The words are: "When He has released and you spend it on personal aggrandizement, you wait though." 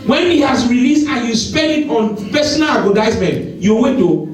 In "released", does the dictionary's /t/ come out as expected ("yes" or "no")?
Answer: yes